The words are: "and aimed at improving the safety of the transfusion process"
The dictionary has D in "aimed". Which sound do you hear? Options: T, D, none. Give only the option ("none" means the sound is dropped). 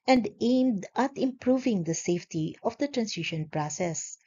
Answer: D